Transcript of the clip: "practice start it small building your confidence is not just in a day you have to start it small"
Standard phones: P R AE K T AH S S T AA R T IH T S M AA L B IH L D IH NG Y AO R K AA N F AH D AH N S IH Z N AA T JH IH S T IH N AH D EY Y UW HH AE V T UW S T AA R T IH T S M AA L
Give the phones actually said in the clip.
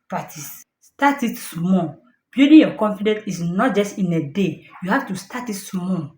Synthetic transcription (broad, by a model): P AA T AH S S T AA T IH T S M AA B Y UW D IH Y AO K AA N F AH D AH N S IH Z N AA T JH IH S T IH N AH D EY Y UW HH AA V T UW S T AA T IH T S M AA